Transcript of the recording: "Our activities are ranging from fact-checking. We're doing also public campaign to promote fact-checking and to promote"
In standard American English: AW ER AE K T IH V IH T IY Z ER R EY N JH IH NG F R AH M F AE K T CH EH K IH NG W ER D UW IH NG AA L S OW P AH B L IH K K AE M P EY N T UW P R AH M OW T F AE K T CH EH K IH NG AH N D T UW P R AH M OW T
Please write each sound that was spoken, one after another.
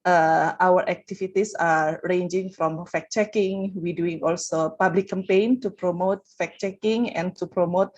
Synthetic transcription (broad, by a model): AW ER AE K T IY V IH T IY S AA R EY N JH IH NG F R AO M F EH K CH EH K IH NG W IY D UW IH NG AA L S OW P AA B L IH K K AE M P EY N T UW P R AH M OW T F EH K CH EH K IH NG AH N T UW P R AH M OW T